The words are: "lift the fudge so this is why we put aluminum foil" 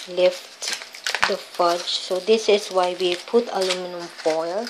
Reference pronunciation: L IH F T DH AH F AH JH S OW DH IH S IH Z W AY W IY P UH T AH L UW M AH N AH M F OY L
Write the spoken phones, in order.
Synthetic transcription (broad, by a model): L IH F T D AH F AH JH S OW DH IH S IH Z W AY W IY P UH T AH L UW M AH N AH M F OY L